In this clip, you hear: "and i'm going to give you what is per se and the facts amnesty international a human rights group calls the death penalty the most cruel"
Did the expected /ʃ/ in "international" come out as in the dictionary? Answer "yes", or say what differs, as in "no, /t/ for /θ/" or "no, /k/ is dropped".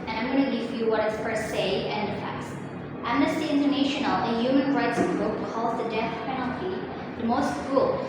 yes